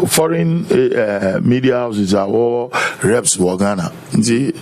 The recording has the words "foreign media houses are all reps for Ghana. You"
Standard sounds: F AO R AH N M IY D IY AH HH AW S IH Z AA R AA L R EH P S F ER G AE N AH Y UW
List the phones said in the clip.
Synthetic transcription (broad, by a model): F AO R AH N M IY D IY AH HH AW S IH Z AA W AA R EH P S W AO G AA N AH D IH